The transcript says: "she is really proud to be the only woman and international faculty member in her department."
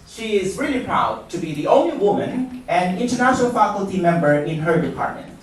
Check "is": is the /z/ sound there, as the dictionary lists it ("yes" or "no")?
yes